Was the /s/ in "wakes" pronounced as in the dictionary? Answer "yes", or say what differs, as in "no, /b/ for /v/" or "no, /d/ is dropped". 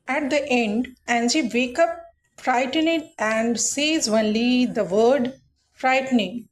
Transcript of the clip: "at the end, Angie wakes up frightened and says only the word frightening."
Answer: no, /s/ is dropped